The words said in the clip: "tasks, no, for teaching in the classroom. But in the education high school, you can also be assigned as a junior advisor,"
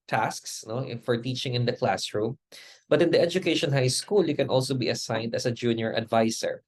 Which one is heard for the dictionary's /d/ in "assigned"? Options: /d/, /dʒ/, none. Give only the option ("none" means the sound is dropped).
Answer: /d/